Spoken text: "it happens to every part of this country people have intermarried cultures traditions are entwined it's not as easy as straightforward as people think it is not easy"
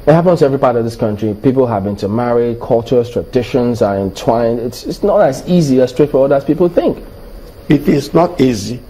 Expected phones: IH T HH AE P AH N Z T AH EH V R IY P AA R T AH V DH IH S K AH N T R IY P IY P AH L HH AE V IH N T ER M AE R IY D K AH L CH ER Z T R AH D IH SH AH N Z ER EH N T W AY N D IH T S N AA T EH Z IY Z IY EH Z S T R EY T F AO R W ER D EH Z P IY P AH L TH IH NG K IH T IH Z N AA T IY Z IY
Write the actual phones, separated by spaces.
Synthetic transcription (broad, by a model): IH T HH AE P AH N T AH EH V R IY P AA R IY AH V DH IH S K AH N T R IY P IY P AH L HH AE V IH N T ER M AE R IY K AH L CH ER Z T R AH D IH SH AH N Z ER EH N T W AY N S IH T S N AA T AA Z IY Z IY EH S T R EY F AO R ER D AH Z P IY P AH L TH IH NG K IH T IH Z N AA T IY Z IY